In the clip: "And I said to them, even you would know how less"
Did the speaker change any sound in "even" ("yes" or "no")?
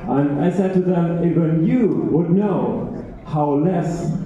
yes